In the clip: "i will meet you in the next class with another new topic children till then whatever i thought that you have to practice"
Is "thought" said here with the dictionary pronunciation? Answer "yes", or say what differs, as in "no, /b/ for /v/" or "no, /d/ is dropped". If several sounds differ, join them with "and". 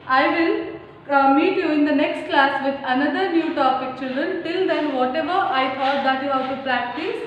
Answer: no, /t/ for /θ/